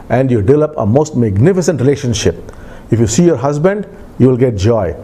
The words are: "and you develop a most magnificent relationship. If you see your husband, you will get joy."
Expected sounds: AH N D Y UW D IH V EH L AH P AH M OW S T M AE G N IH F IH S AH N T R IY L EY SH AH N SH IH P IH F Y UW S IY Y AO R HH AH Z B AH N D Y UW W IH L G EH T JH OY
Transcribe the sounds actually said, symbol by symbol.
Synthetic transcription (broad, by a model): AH N D Y UW D IH V EH L AH P AH M OW S T M AE G N IH F IH S AH N T R IY L EY SH AH N SH IH P IH F Y UW S IY Y AO R HH AH Z B AH N D Y UW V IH L G EH T JH OY